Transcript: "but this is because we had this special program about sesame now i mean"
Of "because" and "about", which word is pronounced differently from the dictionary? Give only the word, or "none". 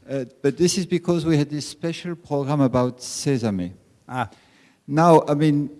none